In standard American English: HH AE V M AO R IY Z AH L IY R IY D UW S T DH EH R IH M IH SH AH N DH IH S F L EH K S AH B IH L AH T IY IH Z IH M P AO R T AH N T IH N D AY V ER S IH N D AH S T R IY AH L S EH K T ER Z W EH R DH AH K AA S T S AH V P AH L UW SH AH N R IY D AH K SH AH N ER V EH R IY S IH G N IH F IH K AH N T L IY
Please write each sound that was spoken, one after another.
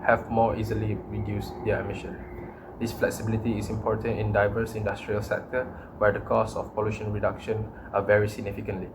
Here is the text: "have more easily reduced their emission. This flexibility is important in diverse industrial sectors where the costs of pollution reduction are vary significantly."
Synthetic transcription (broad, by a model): HH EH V M AO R IY Z AH L IY R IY D UW S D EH IH M IH SH AH N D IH S F L EH K S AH B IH L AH T IY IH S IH M P AO R T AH N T IH N D AY V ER S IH N D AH S T R IY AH L S EH K T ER W EH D AH K AA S S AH F P AH L UW SH AH N R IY D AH K SH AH N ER V EH R IY S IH G N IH F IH K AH N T L IY